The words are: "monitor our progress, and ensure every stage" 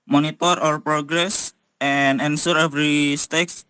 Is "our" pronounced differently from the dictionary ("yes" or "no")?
no